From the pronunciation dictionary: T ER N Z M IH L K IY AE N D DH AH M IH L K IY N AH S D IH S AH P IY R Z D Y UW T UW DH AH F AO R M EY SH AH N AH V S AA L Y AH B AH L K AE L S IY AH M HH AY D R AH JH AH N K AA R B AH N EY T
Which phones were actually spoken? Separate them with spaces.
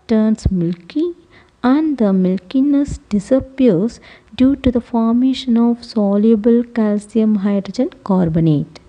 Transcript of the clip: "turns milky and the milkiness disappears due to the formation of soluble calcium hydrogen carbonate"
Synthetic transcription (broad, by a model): T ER N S M IH L K IY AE N D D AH M IH L K IY N AH S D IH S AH P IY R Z D Y UW T UW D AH F AO R M EY SH AH N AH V S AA L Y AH B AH L K AE L S IY AH M HH AY D R AH JH AH N K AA R B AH N EY T